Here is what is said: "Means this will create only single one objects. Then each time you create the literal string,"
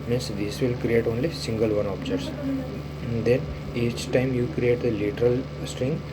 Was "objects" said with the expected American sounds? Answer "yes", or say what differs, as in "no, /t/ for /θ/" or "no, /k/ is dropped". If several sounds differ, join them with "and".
no, /k/ is dropped